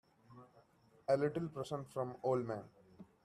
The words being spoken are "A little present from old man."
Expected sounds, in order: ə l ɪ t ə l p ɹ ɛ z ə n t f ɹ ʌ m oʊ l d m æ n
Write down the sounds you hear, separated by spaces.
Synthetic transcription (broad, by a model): ə l ɪ t ə l p ɹ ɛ s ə n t f ɹ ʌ m oʊ l d m æ n